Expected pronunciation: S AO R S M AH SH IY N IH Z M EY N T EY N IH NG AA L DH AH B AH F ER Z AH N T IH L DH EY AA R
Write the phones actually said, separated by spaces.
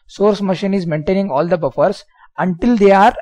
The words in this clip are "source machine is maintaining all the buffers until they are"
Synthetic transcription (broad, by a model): S AO R S M AH SH IY N IH Z M EY N T EY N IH NG AA L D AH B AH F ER S AH N T IH L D EY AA R